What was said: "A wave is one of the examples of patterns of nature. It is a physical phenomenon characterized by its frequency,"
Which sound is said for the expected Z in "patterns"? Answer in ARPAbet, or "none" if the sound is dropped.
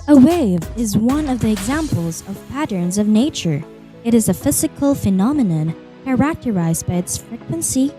Z